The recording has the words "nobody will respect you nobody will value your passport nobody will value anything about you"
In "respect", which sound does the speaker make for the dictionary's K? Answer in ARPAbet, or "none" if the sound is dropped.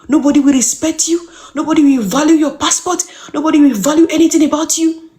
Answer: K